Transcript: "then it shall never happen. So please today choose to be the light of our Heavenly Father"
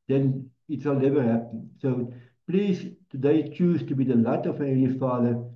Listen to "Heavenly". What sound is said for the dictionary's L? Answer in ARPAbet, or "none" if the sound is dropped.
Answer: none